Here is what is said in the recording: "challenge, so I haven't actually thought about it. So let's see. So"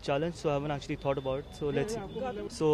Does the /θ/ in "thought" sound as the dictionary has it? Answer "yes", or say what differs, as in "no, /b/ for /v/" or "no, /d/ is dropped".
no, /t/ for /θ/